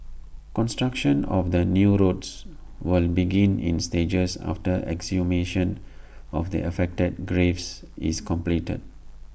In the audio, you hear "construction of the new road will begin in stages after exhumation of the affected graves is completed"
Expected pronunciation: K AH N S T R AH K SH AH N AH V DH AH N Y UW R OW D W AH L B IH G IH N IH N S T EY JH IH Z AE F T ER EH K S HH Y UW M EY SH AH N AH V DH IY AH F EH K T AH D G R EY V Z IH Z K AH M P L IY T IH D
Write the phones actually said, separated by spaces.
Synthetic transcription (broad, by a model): K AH N S T R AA K SH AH N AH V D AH N Y UW R OW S W AH L B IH G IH N IH N S T EY JH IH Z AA F T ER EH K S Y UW M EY SH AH N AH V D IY AH F EH K T AH D G R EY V S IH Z K AH M P L IY T IH D